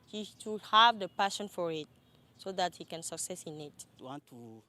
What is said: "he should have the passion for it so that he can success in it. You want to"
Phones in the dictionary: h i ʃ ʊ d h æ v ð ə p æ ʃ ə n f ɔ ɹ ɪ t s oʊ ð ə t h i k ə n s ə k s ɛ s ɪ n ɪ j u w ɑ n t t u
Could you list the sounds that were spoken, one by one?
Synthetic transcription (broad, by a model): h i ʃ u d h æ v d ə p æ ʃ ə n f ɔ ɹ ɪ t s oʊ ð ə t h i k ə n s ə k s ɛ s ɪ n ɪ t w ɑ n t t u